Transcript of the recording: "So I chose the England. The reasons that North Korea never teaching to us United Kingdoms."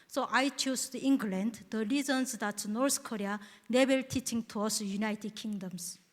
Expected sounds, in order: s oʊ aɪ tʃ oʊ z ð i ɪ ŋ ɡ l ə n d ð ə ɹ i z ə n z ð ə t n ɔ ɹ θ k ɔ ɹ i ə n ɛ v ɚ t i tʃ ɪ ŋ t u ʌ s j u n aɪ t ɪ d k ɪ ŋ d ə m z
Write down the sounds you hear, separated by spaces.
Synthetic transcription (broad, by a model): s oʊ aɪ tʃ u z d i ŋ ɡ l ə n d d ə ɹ i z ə n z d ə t n ɔ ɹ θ k ɔ ɹ i ə n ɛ b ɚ t i tʃ ɪ ŋ t u ʌ s j u n aɪ t ɪ d k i ŋ d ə m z